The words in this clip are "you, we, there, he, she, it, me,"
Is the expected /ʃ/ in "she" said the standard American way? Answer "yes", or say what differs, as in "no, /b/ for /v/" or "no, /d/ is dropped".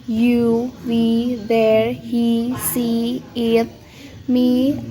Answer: no, /s/ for /ʃ/